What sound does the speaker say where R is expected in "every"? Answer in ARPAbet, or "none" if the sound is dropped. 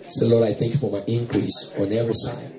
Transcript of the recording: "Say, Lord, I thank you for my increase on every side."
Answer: none